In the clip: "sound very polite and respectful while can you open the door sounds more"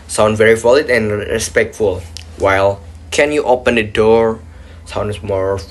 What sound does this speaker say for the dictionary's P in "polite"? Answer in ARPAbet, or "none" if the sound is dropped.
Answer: F